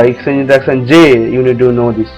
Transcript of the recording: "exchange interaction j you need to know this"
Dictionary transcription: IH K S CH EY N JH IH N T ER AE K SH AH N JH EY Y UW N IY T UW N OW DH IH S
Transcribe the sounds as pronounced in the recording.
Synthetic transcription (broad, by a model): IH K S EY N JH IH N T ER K S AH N JH EY Y UW N IY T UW N OW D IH S